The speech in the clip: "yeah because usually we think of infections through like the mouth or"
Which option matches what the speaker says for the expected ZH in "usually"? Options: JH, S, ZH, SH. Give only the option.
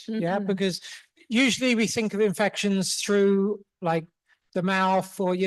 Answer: ZH